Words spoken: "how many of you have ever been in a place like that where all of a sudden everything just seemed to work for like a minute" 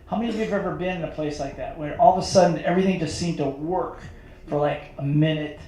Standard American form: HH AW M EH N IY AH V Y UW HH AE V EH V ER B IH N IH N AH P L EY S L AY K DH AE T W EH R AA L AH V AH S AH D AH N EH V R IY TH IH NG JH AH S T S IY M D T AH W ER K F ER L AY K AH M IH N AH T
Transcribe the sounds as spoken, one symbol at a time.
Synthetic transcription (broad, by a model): HH AW M EH N IY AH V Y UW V EH V ER B IH N IH N AH P L EY S L AY K DH AE T W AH R AA L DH AH S AH D N EH V R IY TH IH NG JH AH S T S IY M T AH W ER K F ER L AY K AH M IH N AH T